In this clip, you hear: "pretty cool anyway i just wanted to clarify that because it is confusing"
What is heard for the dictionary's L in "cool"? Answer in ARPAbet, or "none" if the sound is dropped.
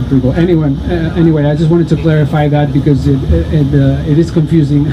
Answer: N